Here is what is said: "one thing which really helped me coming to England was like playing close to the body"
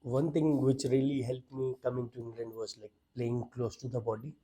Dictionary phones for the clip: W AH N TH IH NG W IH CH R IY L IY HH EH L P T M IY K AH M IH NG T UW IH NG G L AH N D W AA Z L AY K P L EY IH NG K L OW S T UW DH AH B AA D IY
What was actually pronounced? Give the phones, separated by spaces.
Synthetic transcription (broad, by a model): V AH N T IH NG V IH CH R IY L IY HH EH L P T M IY K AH M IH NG T UW IH NG G L AH N D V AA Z L AY K P L EY IH NG K L OW S T UW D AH B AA D IY